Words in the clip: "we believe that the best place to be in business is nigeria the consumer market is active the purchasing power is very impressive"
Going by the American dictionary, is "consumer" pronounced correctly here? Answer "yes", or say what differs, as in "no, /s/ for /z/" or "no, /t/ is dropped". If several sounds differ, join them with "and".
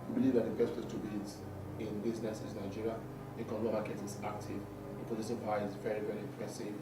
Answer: no, /s/ is dropped